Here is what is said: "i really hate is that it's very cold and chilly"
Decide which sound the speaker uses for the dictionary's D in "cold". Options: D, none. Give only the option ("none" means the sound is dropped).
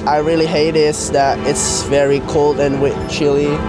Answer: D